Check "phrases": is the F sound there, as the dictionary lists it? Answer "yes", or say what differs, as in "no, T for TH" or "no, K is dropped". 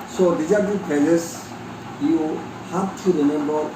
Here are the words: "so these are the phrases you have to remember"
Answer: no, P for F